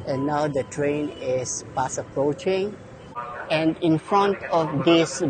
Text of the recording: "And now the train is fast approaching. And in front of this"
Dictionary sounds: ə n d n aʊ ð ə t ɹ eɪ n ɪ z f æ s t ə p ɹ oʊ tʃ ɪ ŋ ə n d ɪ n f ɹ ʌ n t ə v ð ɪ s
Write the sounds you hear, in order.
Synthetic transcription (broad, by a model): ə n n aʊ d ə t ɹ eɪ n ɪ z p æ s ə p ɹ oʊ tʃ ɪ ŋ ə n d ɪ n f ɹ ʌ n t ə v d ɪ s